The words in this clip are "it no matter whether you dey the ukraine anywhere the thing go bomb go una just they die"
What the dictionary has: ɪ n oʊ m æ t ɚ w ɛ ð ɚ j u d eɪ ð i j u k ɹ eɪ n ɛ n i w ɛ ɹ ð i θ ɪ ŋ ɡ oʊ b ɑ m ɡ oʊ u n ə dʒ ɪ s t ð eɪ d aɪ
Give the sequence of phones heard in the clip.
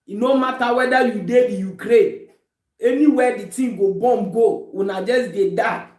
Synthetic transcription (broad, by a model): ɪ n oʊ m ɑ t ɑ w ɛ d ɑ j u d eɪ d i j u k ɹ eɪ ɛ n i w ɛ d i t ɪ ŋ ɡ oʊ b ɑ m ɡ oʊ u n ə dʒ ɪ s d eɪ d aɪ